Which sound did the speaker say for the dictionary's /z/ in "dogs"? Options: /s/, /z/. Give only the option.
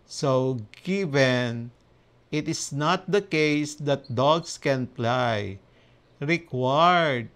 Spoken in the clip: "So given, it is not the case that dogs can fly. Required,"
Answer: /s/